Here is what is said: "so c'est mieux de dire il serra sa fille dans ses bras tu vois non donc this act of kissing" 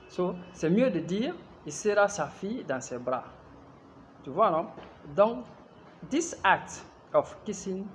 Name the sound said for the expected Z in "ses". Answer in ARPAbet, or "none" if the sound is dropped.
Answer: none